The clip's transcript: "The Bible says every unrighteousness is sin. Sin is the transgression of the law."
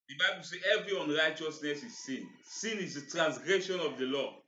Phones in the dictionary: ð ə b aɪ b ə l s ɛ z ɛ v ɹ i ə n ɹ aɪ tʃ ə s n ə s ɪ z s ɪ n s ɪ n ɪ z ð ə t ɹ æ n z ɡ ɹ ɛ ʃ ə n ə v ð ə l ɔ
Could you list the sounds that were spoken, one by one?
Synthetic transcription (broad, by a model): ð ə b aɪ b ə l s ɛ ɛ v ɹ i ə n ɹ aɪ tʃ ə s n ə s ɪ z s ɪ n s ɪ n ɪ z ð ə t ɹ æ n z ɡ ɹ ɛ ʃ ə n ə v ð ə l ɔ